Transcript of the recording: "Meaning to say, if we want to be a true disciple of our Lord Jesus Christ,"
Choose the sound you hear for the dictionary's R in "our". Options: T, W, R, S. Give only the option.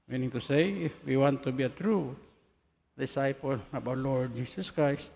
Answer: W